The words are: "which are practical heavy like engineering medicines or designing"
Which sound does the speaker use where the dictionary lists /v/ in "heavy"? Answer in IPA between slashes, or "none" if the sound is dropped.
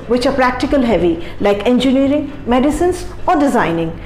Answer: /v/